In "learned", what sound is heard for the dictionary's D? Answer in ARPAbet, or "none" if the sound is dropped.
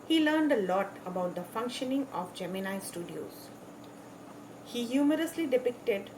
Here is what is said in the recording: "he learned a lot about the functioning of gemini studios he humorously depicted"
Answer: D